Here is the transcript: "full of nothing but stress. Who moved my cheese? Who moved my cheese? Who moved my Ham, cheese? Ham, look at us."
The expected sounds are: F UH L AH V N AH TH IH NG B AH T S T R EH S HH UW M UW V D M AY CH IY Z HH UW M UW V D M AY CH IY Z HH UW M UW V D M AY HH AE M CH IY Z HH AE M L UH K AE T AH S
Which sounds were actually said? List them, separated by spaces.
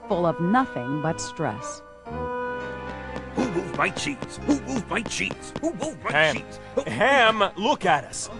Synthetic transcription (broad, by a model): F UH L AH V N AH TH IH NG B AH T S T R EH S HH UW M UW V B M AY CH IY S HH UW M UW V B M AY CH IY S HH UW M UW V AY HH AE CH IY HH AE M L UH K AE T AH S